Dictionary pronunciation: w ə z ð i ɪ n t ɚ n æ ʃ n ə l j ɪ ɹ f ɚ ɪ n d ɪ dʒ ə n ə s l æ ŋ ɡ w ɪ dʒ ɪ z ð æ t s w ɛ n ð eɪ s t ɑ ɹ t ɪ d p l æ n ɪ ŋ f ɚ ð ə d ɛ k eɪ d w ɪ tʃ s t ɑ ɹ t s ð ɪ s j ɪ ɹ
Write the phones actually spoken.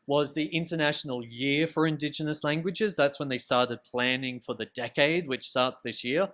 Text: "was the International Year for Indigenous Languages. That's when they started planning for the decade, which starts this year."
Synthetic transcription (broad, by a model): w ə z ð i ɪ n t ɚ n æ ʃ n l j ɪ ɹ f ɚ ɪ n d ɪ dʒ ə n ə s l æ ŋ ɡ w ɪ dʒ ɪ z ð æ t s w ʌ n ð eɪ s t ɑ ɹ t ɪ d p l æ n ɪ ŋ f ɚ ð ə d ɛ k eɪ d w ɪ tʃ s t ɑ ɹ t s ð ɪ s j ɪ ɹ